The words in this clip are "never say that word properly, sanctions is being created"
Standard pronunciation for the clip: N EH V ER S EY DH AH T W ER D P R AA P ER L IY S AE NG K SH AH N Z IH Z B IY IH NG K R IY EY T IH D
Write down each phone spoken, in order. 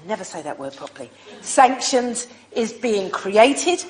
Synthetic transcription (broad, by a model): N EH V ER S EY DH AH T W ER D P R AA P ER L IY S AE NG K SH AH N Z IH Z B IY IH NG K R IY EY T IH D